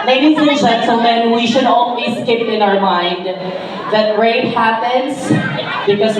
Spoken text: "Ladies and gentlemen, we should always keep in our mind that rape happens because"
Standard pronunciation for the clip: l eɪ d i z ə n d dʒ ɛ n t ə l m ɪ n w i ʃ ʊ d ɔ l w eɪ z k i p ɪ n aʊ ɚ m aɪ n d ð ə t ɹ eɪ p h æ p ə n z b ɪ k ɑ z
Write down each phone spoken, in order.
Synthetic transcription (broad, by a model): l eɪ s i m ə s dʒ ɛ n s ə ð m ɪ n w i ʃ ʊ d ɔ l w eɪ s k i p ɪ n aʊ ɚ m aɪ n d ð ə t ɹ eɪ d h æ p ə n s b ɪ k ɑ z